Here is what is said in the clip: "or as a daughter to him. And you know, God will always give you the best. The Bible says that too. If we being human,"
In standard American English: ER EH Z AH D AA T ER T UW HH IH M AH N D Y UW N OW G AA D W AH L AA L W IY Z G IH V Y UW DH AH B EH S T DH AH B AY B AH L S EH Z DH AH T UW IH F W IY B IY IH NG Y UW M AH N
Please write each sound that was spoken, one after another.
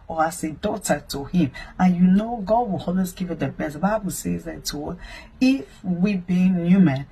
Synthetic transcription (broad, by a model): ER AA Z AH D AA T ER T UW HH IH M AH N Y UW N OW G AA D W AH L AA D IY S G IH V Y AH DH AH B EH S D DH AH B AY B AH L S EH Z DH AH T UW IH F W IY B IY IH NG Y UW M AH N